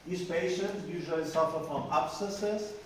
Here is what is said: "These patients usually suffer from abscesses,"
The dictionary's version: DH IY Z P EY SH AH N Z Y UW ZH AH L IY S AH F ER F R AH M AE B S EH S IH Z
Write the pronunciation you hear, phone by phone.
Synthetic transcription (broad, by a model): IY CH P EY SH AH N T Y UW ZH AH L IY S AH F ER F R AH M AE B S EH S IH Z